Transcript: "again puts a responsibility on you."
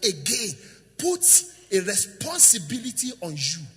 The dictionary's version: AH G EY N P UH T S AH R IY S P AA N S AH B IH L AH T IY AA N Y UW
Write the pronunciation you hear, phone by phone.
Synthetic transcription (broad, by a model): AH G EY N P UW T AH R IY S P AA N S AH B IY L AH T IY AA N Y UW